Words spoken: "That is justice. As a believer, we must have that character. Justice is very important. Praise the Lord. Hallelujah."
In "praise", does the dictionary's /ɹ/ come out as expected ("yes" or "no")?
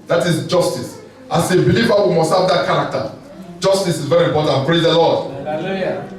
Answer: yes